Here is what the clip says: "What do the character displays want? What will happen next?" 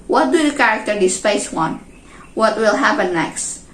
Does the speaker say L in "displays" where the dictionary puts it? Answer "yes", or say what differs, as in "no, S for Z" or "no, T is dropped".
no, L is dropped